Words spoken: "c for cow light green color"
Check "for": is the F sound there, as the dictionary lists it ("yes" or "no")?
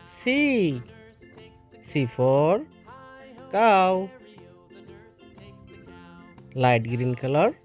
no